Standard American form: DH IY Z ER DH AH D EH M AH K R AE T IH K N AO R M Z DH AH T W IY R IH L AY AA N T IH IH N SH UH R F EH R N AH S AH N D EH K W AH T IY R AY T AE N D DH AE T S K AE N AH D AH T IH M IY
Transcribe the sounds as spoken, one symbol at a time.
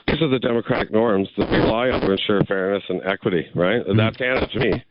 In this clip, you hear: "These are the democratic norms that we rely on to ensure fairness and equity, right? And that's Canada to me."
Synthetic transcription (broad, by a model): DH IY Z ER DH AH D EH M AH K R AE T IH K N AO R M Z DH AH T W IY L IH IH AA T IH IH N SH UH R F EH R N AH S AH N EH K W AH T IY R AY T DH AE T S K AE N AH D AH T IH M IY